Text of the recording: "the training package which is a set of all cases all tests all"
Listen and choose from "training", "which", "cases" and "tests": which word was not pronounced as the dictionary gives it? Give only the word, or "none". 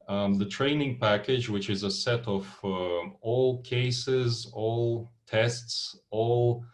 none